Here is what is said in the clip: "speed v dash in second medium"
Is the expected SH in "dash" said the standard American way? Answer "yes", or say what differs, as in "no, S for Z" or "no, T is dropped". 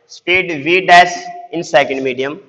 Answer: no, S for SH